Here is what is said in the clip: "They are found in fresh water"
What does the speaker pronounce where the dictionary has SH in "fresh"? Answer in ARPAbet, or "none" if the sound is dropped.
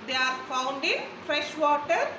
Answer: SH